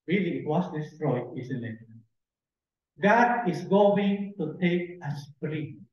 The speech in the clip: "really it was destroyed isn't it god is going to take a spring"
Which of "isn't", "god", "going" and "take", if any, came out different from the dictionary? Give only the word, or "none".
isn't